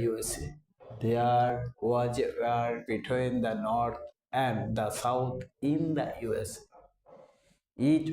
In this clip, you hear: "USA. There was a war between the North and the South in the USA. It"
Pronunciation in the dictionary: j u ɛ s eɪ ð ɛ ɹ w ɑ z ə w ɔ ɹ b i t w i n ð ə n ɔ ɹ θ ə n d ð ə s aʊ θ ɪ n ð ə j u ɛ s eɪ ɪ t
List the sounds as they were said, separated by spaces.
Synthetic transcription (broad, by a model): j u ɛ s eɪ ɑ ɹ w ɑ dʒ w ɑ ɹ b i t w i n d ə n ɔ ɹ t ə n d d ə s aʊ t ɪ n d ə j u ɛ s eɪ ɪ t